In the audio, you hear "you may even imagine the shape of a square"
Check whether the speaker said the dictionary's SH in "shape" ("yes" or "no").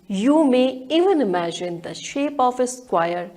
yes